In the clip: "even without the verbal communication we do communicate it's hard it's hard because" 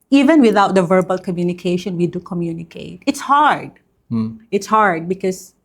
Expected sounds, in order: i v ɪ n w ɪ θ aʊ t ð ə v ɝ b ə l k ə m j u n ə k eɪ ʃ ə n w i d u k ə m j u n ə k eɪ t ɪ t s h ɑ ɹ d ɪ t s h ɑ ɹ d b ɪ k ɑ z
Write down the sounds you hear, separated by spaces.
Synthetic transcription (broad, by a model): i v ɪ n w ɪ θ aʊ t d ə v ɝ b ə l k ə m j u n ə k eɪ ʃ ə n w i d u k ə m j u n ə k eɪ t ɪ t s h ɑ ɹ d ɪ t s h ɑ ɹ d b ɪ k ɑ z